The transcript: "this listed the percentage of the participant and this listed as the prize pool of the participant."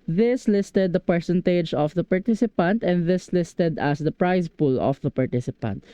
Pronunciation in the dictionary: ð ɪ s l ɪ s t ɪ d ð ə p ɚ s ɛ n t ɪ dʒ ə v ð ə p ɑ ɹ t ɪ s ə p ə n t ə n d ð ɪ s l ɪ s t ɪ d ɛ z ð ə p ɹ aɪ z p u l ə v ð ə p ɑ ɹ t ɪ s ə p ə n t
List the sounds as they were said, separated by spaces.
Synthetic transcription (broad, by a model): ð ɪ s l ɪ s t ɪ d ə p ɚ s ɛ n t ɪ dʒ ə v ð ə p ɑ ɹ t ɪ s ə p ə n t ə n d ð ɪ s l ɪ s t ɪ d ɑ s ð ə p ɹ aɪ s p u l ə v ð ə p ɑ ɹ t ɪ s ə p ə n t